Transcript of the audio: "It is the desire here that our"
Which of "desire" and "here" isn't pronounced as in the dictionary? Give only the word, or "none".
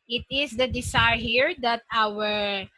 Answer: desire